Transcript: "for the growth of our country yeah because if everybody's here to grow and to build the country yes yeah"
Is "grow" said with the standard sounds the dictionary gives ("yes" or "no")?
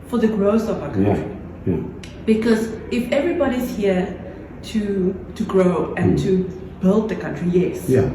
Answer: yes